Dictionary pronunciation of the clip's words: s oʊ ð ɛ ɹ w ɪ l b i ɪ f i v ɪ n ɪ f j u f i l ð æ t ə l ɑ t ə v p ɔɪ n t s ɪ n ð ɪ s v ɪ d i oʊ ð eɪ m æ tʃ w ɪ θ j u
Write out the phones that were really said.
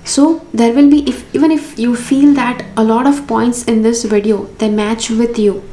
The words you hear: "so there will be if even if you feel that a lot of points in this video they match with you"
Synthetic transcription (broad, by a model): s oʊ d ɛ ɹ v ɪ l b i ɪ f i v ɪ n ɪ f j u f i l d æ t ə l ɑ t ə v p ɔɪ n t s ɪ n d ɪ s v ɪ d i oʊ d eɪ m æ tʃ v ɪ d j u